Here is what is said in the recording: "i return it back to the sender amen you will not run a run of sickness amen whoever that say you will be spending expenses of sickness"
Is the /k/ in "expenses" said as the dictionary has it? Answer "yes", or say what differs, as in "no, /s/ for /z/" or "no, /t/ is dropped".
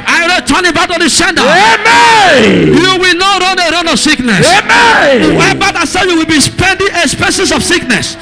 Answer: no, /k/ is dropped